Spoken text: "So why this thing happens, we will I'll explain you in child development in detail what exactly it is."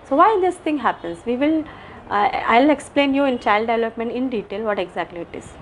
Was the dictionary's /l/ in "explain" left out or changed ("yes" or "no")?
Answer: no